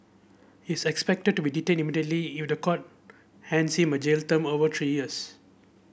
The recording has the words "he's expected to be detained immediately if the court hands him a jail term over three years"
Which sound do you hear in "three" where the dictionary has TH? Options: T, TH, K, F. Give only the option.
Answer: T